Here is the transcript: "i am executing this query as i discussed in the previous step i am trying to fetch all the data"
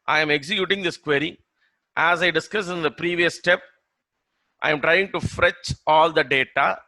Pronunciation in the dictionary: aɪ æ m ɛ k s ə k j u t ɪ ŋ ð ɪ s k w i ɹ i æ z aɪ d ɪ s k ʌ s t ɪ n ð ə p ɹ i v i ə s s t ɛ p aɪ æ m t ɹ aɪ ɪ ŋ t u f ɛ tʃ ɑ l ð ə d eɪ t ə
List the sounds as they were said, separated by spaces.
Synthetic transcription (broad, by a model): aɪ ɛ m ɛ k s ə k j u t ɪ ŋ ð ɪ s k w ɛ ɹ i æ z aɪ d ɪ s k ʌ s ɪ n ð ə p ɹ i v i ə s s t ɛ p aɪ m t ɹ aɪ ɪ ŋ t u f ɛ tʃ ɑ l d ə d eɪ t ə